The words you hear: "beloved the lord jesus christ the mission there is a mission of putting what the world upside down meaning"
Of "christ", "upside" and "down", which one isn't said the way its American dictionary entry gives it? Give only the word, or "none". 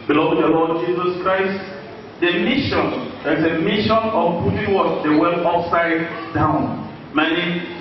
upside